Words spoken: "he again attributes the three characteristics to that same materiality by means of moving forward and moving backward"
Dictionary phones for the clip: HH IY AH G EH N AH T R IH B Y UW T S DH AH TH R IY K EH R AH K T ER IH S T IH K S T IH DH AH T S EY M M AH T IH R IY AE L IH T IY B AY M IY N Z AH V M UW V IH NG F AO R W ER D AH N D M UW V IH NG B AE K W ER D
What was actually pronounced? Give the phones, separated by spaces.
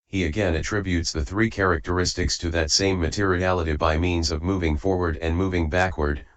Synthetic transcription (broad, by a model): HH IY AH G EH N AH T R IH B Y UW T S DH AH TH R IY K EH R AH K T ER IH S T IH K S T IH DH AH T S EY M M AH T IH R IY AE L IH T IY B AY M IY N Z AH V M UW V IH NG F AO R W ER D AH N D M UW V IH NG B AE K W ER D